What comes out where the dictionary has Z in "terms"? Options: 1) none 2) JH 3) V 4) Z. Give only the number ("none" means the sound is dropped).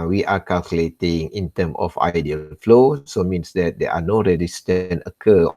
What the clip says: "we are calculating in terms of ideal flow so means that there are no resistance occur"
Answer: 1